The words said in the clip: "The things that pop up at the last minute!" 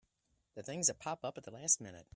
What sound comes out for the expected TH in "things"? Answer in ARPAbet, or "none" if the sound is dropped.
TH